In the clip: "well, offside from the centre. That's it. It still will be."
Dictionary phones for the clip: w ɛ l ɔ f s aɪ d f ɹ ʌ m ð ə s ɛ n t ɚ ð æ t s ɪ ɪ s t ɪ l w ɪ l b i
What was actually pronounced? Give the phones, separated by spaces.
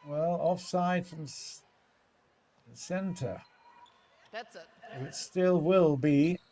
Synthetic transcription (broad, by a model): w ɛ l ɔ f s aɪ d f ɹ ʌ m s ɛ n t ɚ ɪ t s s t ɪ l w ɪ l b i